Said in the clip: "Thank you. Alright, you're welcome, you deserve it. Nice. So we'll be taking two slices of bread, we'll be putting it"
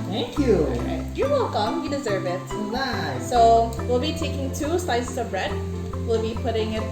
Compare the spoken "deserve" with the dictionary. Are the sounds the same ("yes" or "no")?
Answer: yes